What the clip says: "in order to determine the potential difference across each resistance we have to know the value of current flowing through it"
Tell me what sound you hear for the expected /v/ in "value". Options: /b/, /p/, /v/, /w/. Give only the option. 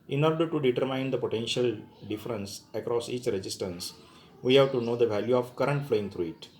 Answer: /v/